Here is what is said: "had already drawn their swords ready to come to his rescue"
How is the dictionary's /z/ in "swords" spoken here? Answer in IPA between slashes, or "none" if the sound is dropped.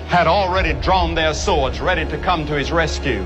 /z/